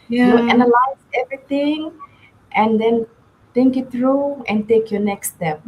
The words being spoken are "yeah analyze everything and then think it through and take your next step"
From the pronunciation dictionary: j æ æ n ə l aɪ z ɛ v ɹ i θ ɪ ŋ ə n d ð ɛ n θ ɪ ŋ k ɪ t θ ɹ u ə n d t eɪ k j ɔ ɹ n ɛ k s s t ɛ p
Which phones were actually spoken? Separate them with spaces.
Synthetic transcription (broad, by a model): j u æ n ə l aɪ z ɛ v ɹ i t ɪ ŋ ə n d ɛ n t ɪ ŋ k ɪ t t ɹ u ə n t eɪ k j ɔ n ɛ k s s t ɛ p